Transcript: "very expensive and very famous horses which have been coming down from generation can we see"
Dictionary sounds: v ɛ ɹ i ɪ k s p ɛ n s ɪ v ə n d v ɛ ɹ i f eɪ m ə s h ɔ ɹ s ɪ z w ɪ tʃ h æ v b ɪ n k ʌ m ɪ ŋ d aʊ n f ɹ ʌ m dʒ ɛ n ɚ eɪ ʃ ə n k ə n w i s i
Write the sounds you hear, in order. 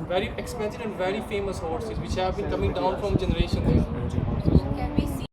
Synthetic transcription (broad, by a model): v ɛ ɹ i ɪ k s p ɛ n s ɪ ə n d v ɛ ɹ i f eɪ m ə s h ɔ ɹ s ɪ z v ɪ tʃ h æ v b ɪ n k ʌ m ɪ ŋ d aʊ n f ɹ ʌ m dʒ ɛ n ɚ eɪ ʃ ə n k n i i